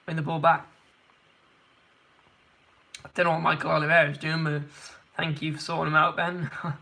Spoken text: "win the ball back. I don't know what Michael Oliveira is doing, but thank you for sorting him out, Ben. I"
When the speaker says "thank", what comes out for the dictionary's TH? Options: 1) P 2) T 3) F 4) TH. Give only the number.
4